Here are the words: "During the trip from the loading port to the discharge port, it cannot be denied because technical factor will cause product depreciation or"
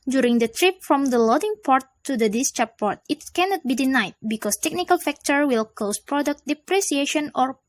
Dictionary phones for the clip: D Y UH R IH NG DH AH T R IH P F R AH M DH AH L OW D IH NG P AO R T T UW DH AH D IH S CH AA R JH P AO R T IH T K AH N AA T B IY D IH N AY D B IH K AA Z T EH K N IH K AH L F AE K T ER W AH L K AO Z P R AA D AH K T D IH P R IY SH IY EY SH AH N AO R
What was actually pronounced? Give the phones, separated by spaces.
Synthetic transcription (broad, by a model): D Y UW R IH NG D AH T R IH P F R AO M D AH L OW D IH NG P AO R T T UW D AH D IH S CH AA P AO R T IH T K AH N AA T B IY D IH N AY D B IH K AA S T EH K N IH K AH L F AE K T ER W AH L K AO S P R AA D AH K T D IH P R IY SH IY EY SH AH N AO R